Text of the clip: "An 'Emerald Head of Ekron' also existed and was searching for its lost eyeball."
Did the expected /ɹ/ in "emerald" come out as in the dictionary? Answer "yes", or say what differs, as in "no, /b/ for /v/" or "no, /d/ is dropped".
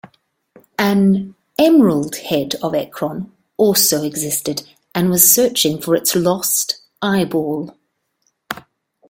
yes